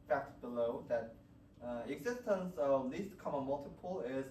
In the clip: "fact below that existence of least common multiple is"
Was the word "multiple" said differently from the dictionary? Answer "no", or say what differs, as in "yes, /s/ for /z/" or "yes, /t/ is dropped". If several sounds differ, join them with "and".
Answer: no